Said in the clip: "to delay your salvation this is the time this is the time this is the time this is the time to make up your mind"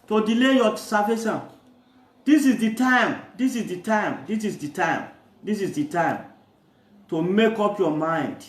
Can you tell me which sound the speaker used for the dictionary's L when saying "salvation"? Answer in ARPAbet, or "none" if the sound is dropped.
none